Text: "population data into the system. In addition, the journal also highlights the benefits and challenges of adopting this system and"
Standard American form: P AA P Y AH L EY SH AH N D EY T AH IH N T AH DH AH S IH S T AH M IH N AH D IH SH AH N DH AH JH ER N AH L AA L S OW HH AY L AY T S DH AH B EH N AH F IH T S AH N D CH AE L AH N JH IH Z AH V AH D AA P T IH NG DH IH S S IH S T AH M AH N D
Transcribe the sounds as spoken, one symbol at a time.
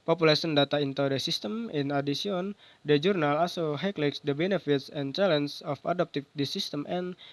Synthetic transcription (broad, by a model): P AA P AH L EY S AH N D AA T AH IH N T AH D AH S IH S T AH M IH N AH D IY S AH N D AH JH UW N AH L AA S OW HH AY L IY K S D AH B EH N AH F IH T S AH N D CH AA L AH N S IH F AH D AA P T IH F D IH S S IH S T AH M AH N